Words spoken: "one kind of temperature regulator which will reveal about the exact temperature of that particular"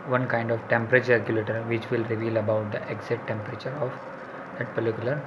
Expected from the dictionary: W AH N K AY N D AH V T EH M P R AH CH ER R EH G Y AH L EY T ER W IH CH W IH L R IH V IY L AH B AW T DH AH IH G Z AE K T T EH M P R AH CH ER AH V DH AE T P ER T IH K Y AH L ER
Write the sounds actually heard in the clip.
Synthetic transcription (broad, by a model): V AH N K AY N D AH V T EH M P R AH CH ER R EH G Y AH L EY T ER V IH CH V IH L R IH V IY L AH B AW T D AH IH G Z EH T T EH M P R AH CH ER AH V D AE T P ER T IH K Y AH L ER